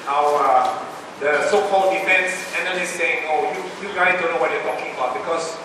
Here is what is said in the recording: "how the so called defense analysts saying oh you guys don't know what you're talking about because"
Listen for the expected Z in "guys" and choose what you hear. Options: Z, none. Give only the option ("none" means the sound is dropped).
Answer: none